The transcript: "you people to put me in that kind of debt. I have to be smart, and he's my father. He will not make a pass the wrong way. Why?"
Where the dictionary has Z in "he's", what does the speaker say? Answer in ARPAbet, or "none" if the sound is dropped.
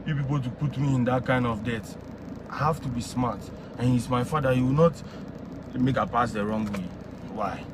S